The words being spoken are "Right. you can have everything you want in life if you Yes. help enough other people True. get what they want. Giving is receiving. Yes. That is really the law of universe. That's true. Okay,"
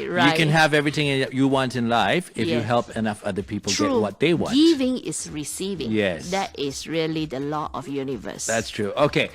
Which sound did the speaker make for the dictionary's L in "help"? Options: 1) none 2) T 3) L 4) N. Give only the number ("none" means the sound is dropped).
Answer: 3